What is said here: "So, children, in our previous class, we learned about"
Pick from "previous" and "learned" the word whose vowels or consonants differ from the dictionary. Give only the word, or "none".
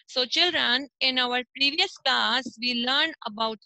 learned